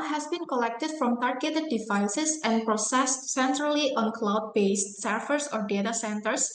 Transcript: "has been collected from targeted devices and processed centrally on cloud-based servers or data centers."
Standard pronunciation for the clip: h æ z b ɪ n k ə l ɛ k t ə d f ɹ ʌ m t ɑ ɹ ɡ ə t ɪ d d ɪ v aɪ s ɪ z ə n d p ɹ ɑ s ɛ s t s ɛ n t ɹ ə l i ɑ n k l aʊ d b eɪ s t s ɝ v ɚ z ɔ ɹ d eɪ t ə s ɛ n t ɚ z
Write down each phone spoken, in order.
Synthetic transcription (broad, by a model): h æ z b ɪ n k ə l ɛ k t ə d f ɹ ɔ m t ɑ ɹ ɡ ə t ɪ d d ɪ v aɪ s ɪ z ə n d p ɹ ɑ s ɛ s t s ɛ n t ɹ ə l i ɑ n k l aʊ d b eɪ s t s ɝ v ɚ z ɔ ɹ d eɪ t ə s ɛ n t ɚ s